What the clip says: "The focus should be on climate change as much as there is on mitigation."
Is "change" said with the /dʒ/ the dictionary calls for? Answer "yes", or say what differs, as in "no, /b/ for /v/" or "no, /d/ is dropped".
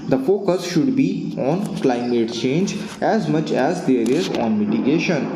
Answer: yes